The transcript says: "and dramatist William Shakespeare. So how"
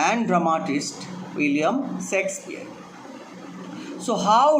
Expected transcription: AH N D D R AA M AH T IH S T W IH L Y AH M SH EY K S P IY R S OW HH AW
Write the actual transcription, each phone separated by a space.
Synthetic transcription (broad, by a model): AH N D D R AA M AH T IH S T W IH L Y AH M S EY K S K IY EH S OW HH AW